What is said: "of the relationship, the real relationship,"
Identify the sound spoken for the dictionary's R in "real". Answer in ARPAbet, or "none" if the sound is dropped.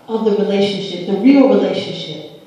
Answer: R